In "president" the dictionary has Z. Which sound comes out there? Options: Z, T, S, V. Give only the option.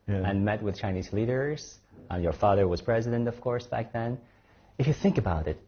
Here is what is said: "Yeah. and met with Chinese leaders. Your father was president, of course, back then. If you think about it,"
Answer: Z